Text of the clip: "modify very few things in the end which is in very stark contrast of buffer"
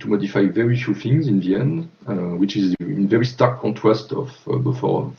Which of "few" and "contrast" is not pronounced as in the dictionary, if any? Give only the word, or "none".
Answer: none